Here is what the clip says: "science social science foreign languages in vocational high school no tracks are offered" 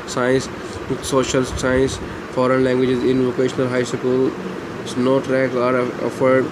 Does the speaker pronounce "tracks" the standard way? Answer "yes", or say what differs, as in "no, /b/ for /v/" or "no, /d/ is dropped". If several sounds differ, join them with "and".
no, /s/ is dropped